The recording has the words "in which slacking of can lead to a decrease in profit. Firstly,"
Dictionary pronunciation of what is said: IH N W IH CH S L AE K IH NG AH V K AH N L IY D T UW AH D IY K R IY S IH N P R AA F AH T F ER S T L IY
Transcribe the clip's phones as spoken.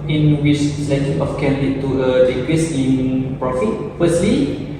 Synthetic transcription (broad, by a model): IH N W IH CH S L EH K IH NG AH F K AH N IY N T UW AH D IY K W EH S IH N P R AA F AH T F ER S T L IY